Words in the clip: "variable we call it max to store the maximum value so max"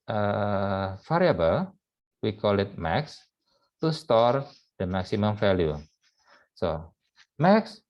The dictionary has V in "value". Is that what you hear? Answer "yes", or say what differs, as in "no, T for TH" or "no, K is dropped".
no, F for V